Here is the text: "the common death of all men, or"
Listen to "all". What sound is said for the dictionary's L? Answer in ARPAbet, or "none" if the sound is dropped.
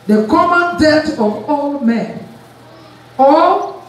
L